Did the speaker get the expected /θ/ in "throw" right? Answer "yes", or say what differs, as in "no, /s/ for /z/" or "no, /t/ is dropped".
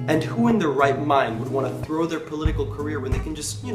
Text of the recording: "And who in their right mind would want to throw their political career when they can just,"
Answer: yes